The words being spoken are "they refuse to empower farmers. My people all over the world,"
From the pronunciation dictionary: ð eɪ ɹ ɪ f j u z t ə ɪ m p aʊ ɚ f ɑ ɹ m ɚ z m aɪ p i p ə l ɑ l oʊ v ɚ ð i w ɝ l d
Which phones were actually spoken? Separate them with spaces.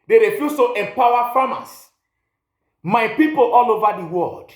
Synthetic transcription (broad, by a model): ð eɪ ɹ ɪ f j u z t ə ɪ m p aʊ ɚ f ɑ m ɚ s m aɪ p i p ə l ɑ l oʊ v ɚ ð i w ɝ l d